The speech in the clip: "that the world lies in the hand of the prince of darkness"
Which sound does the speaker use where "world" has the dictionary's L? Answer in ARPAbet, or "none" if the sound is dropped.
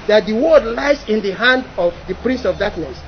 none